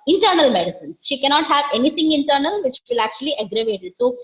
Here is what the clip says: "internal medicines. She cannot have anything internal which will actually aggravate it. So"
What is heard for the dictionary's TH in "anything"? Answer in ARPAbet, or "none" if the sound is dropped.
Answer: T